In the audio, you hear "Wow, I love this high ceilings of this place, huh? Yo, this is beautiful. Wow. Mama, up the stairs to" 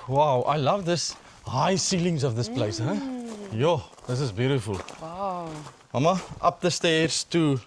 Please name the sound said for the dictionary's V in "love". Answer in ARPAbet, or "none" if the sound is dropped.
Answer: V